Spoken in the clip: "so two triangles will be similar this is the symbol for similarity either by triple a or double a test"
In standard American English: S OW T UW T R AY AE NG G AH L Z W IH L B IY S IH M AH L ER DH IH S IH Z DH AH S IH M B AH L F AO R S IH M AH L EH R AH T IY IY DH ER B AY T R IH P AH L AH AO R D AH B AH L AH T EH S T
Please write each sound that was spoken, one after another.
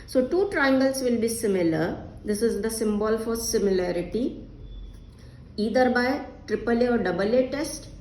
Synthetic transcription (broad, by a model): S OW T UW T R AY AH NG G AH L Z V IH L B IY S IH M AH L ER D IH S IH Z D AH S IH M B AH L F AO R S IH M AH L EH R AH T IY IY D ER B AY T R IH P AH L AH AO R D AH B AH L AH T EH S T